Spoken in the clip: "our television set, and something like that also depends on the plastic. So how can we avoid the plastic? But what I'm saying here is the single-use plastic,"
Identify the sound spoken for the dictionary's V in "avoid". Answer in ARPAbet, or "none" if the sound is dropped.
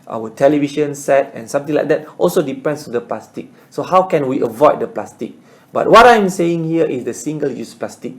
V